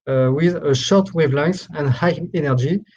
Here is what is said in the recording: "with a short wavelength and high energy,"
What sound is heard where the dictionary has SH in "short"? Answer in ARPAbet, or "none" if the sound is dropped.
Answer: SH